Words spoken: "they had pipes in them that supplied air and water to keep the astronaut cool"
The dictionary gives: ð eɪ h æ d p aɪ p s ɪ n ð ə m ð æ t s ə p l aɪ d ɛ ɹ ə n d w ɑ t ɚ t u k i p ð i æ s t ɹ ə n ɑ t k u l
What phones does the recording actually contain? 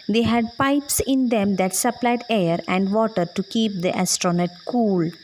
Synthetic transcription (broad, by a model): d eɪ h æ d p aɪ p s ɪ n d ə m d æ t s ə p l aɪ d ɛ ɹ ə n d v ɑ t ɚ t u k i p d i æ s t ɹ ə n ɑ t k u l